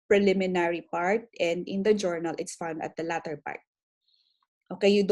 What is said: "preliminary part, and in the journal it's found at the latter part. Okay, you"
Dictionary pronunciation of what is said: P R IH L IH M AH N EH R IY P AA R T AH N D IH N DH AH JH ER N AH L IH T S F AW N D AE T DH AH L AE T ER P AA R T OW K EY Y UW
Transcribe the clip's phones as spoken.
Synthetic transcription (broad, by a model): P R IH L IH M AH N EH R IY P AA R T AH N D IH N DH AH JH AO N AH L IH T S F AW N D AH T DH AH L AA T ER P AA R T OW K EY Y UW